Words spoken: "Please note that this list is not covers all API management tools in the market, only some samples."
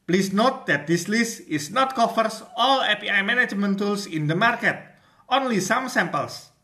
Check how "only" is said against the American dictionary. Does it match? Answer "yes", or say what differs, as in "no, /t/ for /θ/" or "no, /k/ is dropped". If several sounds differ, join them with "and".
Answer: yes